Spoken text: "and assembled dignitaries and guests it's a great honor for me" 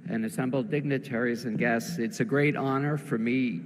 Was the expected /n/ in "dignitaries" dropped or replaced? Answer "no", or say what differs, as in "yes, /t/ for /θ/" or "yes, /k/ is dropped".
no